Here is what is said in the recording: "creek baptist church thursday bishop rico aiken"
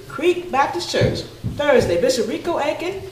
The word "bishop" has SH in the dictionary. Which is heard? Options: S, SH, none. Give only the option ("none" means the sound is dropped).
S